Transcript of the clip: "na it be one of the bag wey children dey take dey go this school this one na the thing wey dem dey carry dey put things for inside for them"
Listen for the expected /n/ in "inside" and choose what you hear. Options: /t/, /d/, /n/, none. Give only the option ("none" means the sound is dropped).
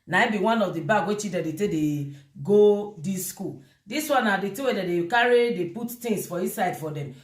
none